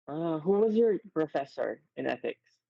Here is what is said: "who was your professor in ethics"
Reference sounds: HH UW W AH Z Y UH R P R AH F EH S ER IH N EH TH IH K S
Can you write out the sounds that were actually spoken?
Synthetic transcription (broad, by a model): HH UW W AH Z Y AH R P R AH F EH S ER IH N EH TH IH K S